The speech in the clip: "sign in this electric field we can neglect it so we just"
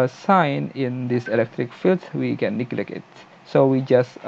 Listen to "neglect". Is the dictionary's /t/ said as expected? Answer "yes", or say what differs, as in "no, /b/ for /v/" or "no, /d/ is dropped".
no, /t/ is dropped